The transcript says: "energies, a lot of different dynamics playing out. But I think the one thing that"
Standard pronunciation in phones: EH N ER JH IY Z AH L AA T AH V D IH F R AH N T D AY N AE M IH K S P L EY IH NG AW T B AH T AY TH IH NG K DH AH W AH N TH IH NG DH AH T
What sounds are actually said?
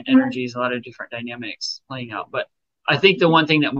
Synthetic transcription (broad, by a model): EH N ER JH IY Z AH L AA T AH V D IH F R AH N D AY N AE M IH K S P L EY IH NG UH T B AH T AY TH IH NG K DH AH W AH N TH IH NG DH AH T